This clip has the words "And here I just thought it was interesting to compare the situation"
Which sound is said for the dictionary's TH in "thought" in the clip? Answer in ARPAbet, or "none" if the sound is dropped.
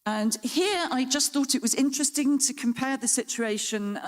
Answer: TH